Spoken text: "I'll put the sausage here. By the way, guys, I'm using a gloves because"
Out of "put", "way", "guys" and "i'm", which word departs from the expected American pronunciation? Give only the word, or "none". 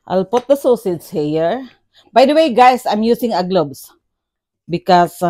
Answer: guys